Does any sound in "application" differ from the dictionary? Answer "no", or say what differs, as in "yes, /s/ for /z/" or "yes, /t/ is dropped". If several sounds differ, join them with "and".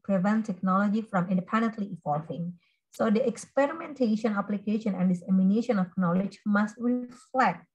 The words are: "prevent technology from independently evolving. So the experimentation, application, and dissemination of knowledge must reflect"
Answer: no